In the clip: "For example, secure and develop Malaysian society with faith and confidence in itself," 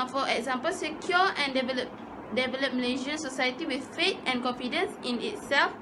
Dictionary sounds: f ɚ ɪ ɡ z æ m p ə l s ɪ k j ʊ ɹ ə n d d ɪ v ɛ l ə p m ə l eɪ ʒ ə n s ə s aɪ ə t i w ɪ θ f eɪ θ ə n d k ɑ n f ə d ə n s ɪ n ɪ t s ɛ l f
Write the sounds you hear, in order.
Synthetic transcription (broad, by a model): f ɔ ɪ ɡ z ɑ m p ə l s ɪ k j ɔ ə n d d ɪ v ɛ l ə p m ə l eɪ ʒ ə n s ə s aɪ ə t i w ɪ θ f eɪ t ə n k ɑ n f ə d ə n s ɪ n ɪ t s ɛ l f